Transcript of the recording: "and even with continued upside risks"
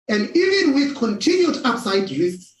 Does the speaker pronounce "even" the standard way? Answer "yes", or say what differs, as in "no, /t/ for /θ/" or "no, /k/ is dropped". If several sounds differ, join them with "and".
yes